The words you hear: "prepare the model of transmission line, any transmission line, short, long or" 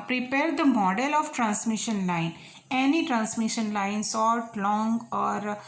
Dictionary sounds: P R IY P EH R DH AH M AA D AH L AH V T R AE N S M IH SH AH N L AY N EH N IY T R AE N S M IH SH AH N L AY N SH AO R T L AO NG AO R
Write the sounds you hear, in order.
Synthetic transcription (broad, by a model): P R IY P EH R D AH M AA D AH L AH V T R AE N S M IH SH AH N L AY N EH N IY T R AE N S M IH SH AH N L AY N S AO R T L AO NG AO R